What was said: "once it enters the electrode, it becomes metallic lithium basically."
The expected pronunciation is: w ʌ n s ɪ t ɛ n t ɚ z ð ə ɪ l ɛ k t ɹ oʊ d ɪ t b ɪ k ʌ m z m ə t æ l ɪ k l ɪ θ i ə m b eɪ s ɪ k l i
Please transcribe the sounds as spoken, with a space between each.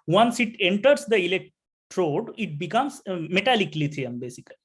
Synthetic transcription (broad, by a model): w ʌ n s ɪ t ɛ n t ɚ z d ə ɪ l ɛ k t ɹ oʊ d ɪ t b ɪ k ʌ m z m ə t æ l ɪ k l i t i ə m b eɪ s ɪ k l i